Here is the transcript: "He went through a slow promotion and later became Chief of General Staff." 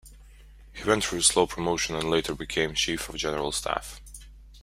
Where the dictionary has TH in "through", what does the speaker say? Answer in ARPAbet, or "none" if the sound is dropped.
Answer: F